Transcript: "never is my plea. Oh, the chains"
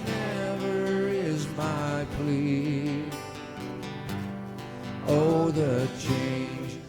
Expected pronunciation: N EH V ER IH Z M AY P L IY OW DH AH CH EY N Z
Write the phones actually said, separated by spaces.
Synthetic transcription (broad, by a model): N EH V ER IH Z M AY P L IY OW DH AH CH EY N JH